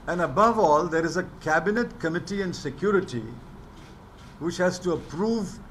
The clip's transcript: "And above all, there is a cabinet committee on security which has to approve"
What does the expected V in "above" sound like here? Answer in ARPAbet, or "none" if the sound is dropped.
V